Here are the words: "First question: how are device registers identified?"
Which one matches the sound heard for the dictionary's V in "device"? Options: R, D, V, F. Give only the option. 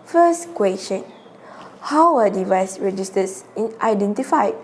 V